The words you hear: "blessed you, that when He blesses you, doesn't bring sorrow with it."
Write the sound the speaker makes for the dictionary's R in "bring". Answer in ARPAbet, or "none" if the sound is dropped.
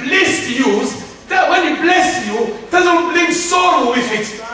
L